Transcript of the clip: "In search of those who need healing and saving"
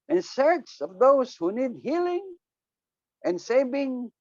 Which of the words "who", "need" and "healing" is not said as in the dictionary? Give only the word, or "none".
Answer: none